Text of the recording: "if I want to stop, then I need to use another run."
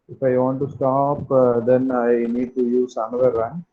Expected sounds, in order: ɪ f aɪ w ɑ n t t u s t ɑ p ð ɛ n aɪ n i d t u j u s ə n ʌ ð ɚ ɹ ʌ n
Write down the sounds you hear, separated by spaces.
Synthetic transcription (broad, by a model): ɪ f aɪ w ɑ n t t u s t ɑ p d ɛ n aɪ n i d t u j u s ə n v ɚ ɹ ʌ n